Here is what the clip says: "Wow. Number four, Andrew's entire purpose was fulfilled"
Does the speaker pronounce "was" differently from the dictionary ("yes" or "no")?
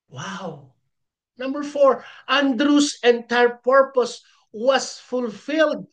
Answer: yes